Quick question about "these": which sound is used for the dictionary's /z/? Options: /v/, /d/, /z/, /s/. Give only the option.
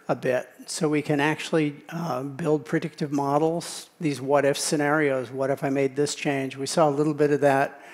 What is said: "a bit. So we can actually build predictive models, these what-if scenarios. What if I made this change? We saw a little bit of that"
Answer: /z/